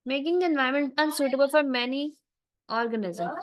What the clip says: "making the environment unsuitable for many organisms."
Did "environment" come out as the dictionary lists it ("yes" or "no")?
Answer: no